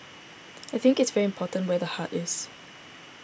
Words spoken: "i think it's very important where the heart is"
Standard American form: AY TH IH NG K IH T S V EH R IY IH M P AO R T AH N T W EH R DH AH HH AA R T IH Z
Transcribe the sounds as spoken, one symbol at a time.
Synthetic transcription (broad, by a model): AY TH IH NG K IH T S V EH R IY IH M P AO T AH N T W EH DH AH HH AA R T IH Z